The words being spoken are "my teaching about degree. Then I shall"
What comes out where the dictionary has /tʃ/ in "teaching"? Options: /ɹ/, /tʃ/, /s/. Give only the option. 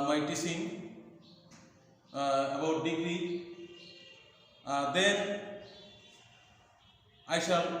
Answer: /s/